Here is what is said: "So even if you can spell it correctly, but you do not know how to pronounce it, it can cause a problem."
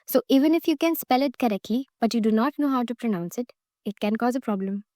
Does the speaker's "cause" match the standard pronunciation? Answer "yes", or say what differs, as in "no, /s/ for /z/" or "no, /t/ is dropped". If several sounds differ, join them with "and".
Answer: yes